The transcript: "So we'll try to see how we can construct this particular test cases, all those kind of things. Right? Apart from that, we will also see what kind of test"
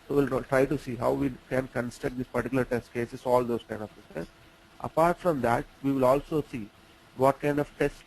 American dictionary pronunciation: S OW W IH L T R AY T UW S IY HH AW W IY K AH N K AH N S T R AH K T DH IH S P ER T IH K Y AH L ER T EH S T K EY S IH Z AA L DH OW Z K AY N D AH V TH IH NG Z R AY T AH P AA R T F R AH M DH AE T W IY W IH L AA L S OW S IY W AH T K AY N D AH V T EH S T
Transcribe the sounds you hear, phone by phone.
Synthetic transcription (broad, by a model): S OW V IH L T R AY T UW S IY HH AW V IY K AH N K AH N S T AH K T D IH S P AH T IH K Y L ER T EH S T K EY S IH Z AA L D OW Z K AY N D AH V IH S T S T T AH P AA R T F R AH M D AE T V IY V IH L AA L S OW S IY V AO T K AY N D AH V T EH S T